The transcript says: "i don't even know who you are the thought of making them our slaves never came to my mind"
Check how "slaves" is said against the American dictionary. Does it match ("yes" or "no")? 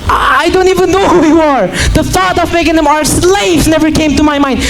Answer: no